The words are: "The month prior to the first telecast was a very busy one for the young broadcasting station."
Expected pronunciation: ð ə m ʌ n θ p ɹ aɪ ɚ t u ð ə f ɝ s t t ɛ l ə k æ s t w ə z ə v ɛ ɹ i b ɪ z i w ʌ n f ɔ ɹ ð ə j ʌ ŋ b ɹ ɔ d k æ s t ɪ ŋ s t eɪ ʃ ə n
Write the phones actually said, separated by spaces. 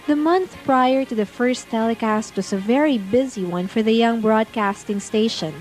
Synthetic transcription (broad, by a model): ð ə m ʌ n θ p ɹ aɪ ɚ t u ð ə f ɝ s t t ɛ l ə k æ s t w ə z ə v ɛ ɹ i b ɪ z i w ʌ n f ɔ ɹ ð ə j ʌ ŋ b ɹ ɔ d k æ s t ɪ ŋ s t eɪ ʃ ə n